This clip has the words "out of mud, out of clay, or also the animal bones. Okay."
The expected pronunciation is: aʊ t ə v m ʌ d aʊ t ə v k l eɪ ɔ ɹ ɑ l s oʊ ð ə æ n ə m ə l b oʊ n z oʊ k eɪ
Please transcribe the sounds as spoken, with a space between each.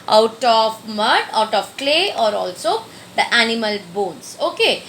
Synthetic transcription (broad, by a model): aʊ t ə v m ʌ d aʊ t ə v k l eɪ ɔ ɹ ɑ l s oʊ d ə æ n ə m ə l b oʊ n s oʊ k eɪ